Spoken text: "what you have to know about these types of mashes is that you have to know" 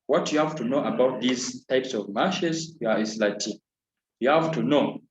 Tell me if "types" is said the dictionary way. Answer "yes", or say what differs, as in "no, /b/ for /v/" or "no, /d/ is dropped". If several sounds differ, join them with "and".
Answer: yes